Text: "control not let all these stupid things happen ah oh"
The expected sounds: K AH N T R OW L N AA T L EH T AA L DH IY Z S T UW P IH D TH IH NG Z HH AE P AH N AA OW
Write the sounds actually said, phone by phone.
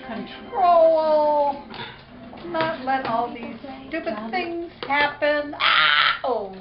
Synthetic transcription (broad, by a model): K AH N T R OW L N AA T L EH T AA L DH IY Z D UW B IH TH IH NG Z HH AE P AH N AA OW